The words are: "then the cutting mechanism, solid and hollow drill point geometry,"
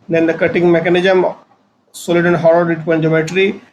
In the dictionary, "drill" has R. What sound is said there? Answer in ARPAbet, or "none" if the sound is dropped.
none